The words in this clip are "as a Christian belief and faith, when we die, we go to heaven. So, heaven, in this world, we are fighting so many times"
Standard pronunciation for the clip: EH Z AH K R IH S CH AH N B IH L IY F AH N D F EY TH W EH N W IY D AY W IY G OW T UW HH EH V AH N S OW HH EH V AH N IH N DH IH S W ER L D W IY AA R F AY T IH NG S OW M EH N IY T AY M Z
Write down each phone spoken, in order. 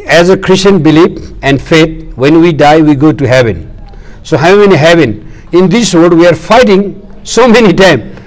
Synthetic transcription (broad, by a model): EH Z AH K R IH S CH AH N B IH L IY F AH N D F EY T W EH N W IY D AY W IY G OW T UW HH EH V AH N S OW HH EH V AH N IH N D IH S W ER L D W IY AA R F AY T IH NG S OW M EH N IY T AY M